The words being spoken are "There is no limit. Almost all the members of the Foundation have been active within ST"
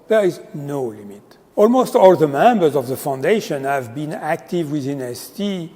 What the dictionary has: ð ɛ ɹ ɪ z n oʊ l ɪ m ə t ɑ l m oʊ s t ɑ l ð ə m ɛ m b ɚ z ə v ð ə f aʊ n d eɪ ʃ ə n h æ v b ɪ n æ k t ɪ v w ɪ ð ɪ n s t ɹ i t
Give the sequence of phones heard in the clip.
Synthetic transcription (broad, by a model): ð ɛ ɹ ɪ z n oʊ l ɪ m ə t ɑ l m oʊ s t ɑ l ð ə m ɛ m b ɚ z ə v ð ə f aʊ n d eɪ ʃ ə n h æ v b ɪ n æ k t ɪ v w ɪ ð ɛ n s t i